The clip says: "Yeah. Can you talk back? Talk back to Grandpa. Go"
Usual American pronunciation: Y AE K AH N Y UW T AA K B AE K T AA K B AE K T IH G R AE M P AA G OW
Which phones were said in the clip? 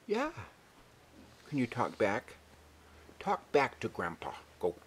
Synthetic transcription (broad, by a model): Y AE K AH N Y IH T AA K B AE K T AA K B AE K T IH G R AE M P AA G OW